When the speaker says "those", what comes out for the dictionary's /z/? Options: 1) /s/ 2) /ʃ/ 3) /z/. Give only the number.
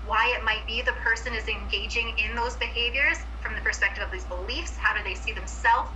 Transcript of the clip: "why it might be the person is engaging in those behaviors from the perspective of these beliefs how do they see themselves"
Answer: 3